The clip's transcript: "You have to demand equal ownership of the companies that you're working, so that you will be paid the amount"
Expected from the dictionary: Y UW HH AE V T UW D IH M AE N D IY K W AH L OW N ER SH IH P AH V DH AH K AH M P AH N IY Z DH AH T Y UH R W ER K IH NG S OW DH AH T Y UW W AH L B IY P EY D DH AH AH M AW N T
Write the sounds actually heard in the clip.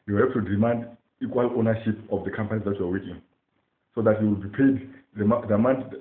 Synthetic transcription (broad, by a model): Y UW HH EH P T UW D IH M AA N D IY K W AH L OW N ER SH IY P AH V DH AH K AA M P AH N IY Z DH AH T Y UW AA W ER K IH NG S OW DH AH T Y UW W AH L B IY P EY D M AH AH M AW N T